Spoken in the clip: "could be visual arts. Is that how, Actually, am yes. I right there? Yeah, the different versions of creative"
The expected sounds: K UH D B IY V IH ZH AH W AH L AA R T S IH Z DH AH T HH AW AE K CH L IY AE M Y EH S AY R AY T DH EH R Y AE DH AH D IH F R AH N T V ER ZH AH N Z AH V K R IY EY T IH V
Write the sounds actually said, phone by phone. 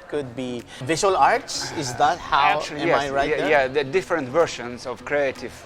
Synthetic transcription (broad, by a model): K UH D B IY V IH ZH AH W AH L AA R T S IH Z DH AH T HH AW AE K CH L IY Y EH AY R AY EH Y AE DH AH D IH F R AH N T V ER SH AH N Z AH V K R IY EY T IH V